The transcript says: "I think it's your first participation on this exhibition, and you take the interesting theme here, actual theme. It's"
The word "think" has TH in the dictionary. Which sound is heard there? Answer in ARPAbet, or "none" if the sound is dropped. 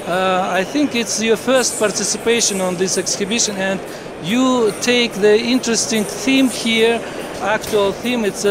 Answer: TH